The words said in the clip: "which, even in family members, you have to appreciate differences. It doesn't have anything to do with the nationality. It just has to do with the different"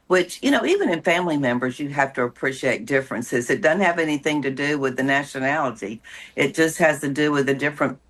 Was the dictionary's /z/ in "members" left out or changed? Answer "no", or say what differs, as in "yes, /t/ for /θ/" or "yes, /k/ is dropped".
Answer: no